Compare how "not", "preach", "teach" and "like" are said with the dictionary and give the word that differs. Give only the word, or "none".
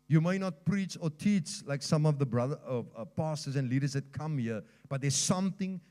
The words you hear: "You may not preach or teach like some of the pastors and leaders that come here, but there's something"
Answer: none